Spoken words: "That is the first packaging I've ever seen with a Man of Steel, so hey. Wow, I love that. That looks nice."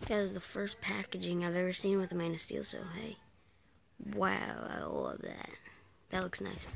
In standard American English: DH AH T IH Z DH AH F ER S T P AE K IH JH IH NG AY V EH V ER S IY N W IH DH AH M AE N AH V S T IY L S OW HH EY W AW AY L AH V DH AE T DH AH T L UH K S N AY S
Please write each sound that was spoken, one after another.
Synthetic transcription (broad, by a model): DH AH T IH Z DH AH F ER S P AE K IH JH IH NG AY V EH V ER S IY N W IH DH AH M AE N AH S T IY L S OW HH EY W AW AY L AH V DH AE T DH AH T L UH K S N AY S